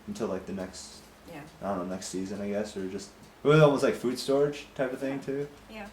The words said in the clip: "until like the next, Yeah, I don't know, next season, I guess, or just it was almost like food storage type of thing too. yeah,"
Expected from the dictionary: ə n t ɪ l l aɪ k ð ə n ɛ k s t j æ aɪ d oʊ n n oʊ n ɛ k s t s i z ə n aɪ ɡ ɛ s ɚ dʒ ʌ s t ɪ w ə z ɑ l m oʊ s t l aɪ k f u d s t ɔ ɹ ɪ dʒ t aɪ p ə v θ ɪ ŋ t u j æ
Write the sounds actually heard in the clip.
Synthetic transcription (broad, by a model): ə n t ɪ l l aɪ k ð ə n ɛ k s t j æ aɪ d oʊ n n oʊ n ɛ k s t s i z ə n aɪ ɡ ɛ s ɚ dʒ ʌ s t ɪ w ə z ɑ l m oʊ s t l aɪ k f u d s t ɔ ɹ ɪ dʒ t aɪ p ə v θ ɪ ŋ t u j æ